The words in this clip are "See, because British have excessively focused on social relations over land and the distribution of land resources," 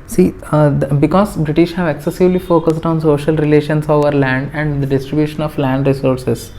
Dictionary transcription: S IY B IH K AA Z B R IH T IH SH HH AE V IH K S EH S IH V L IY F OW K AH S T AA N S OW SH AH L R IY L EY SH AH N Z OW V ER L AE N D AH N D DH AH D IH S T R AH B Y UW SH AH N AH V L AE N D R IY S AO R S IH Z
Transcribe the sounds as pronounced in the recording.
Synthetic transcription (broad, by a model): S IY B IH K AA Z B R IH T IH SH HH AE V IH K S EH S IH V L IY F OW K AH S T AA N S OW SH AH L R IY L EY SH AH N S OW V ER L AE N D AH N D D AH D IH S T R AH B Y UW SH AH N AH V L AE N D R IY S AO R S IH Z